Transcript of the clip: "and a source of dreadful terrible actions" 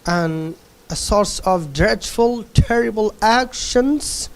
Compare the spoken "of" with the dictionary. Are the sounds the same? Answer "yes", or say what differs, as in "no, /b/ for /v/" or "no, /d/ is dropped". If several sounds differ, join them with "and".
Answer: yes